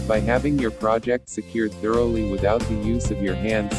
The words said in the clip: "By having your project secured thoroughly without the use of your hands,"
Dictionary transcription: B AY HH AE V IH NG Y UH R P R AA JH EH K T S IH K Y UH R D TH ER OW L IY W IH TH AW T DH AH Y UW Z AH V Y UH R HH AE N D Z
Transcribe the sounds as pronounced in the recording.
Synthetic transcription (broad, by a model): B AY HH AE V IH NG Y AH R P R AA JH EH K T S IH K Y UH R D TH ER OW L IY W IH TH AW T DH AH Y UW Z AH V Y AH R HH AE N D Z